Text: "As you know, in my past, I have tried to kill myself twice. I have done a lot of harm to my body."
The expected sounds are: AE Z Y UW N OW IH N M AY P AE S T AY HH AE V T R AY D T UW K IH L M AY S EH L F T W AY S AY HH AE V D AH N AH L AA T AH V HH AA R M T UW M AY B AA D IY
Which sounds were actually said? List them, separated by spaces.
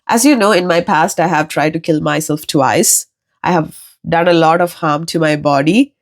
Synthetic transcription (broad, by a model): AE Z Y UW N OW IH N M AY P AE S T AY HH AE V T R AY D T UW K IH L M AY S EH L F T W AY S AY HH AE V D AH N AH L AA T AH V HH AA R M T UW M AY B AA D IY